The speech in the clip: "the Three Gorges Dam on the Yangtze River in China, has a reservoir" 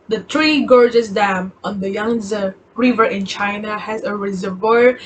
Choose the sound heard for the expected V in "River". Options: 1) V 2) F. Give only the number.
1